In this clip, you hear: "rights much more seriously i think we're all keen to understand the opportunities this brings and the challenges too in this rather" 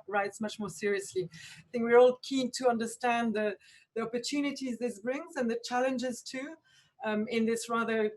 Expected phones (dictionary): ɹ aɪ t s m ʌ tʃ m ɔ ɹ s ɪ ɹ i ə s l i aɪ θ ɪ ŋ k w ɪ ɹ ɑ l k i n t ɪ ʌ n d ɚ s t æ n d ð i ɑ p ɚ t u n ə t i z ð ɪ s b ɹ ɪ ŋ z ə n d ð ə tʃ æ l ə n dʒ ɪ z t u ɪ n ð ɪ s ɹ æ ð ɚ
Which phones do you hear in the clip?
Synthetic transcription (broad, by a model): ɹ aɪ t s m ʌ tʃ m ɔ ɹ s ɪ ɹ i ə s l i aɪ θ ɪ ŋ k w ɪ ɹ ɑ l k i n t ɪ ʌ n d ɚ s t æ n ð ð i ɑ p ɚ t u n ə t i z ð ɪ s b ɹ ɪ ŋ z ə n ð ə tʃ æ l ə n dʒ ɪ z t u ɪ n ð ɪ s ɹ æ ð ɚ